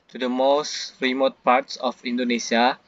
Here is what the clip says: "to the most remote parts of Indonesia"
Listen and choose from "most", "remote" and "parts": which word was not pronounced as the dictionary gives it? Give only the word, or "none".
none